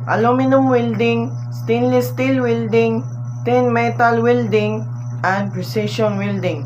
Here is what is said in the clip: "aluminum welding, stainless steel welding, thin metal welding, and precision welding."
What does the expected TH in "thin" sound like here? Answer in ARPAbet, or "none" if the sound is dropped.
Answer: T